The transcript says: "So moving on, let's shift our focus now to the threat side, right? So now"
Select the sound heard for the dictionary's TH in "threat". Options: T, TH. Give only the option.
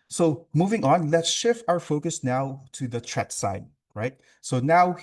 T